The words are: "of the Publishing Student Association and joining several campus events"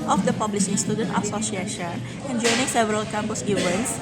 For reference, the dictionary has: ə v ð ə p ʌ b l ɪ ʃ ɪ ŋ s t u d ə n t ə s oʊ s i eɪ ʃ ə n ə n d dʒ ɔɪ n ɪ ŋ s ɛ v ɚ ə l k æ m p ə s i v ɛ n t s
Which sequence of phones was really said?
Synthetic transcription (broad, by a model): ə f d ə p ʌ b l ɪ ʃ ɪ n s t u d ə n t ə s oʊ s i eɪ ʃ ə n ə n dʒ ɔɪ n ɪ ŋ s ɛ v ɚ ə l k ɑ m p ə s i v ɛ n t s